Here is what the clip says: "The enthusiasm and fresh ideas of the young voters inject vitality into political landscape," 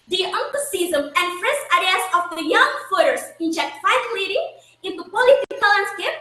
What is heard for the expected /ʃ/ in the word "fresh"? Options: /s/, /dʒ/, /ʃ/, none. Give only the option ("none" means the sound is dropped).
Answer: /s/